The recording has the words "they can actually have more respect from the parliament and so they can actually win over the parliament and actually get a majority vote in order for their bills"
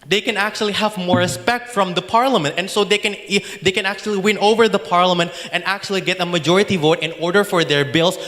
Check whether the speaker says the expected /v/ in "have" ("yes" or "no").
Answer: yes